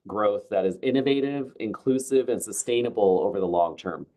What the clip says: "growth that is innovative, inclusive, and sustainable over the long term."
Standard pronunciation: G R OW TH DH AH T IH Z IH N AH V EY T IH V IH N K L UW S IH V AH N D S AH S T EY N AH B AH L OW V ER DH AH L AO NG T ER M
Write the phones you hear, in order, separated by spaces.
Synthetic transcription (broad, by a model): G R OW TH DH AH T IH Z IH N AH V EY T IH V IH N K L UW S IH V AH N S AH S T EY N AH B L OW V ER DH AH L AO NG T ER M